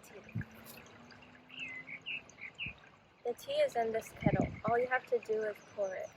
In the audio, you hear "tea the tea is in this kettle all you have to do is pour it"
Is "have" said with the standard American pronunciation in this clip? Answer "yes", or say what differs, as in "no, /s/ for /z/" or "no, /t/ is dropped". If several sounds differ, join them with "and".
no, /f/ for /v/